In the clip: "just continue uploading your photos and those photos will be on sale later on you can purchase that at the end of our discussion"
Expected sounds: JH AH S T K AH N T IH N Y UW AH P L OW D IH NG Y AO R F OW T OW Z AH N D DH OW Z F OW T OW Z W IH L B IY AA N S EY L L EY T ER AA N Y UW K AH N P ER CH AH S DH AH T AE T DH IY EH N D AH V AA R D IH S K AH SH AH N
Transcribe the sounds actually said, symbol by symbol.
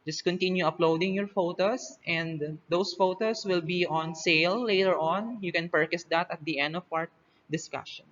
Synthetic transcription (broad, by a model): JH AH S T K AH N T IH N Y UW AH P L OW D IH NG Y AO R F OW T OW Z AH N D OW S F OW T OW S W IH L B IY AA N S EY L L EY T ER AA N Y UW K AH N P ER CH AH S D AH T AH T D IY EH N D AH W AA R D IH S K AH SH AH N